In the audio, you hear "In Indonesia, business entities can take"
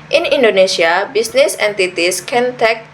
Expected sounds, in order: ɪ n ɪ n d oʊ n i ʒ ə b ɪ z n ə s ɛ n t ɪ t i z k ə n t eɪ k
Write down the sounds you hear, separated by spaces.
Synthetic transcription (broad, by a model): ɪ n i n d oʊ n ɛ s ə b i s n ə s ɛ n t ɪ t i s k ə n t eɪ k